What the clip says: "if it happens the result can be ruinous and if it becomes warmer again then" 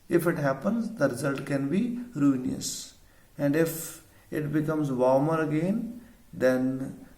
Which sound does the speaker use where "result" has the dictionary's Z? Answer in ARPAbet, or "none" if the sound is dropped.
Z